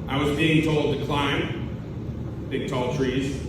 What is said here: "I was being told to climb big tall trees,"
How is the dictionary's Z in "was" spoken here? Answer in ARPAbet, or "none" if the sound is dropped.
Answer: Z